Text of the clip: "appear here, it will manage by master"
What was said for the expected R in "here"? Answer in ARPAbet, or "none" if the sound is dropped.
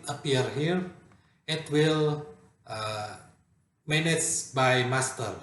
R